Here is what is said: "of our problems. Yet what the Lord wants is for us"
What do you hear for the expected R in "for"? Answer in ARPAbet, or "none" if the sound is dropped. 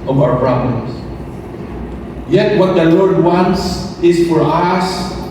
R